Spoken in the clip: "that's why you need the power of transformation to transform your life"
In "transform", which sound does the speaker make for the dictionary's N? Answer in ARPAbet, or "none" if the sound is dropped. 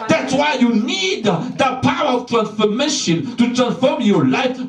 N